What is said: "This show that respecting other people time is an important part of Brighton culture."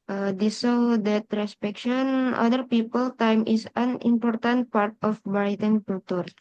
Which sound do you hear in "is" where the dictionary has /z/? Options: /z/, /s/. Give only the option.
/s/